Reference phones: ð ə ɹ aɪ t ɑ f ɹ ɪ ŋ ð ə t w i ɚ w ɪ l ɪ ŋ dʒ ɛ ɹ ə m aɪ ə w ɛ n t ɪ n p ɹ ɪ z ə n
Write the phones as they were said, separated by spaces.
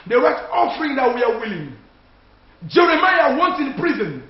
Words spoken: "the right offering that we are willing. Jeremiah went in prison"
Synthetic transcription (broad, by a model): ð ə w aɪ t ɑ f ɹ ɪ ŋ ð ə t w i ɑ w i l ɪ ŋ dʒ ɛ ɹ ə m aɪ ə w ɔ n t ɪ n p ɹ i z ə n